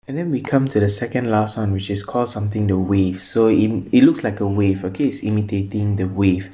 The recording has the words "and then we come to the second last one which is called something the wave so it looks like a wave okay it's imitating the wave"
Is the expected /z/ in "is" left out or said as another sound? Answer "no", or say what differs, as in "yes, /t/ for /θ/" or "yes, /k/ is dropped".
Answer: yes, /s/ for /z/